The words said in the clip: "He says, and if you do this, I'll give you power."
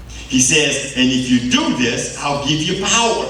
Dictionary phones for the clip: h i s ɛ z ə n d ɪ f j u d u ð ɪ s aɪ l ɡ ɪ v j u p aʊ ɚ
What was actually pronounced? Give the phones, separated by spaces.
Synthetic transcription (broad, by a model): h i s ɛ z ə n ɪ f j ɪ d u ð ɪ s aɪ l ɡ ɪ v j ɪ p aʊ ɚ